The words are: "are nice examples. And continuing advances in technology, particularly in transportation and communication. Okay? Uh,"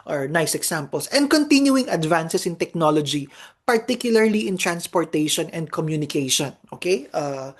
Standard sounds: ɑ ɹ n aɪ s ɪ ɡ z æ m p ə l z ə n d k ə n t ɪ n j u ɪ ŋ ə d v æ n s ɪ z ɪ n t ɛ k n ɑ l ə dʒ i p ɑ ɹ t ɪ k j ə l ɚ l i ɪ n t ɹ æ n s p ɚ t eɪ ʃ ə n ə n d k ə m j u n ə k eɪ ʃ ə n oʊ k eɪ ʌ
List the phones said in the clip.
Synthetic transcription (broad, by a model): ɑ ɹ n aɪ s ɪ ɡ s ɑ m p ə l s ə n d k ə n t ɪ n j u ɪ ŋ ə d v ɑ n s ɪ s ɪ n t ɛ k n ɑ l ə dʒ i p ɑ ɹ t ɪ k j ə l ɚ l i ɪ n t ɹ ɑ n s p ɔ t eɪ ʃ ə n ə n d k ə m j u n ə k eɪ ʃ ə n oʊ k eɪ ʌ